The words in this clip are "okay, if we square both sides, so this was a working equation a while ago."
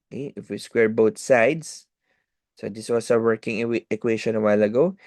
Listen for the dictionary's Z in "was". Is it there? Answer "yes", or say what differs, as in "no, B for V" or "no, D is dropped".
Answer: no, S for Z